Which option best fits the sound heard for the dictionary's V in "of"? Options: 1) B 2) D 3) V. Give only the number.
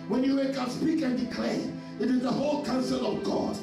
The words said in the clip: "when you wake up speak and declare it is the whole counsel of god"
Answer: 3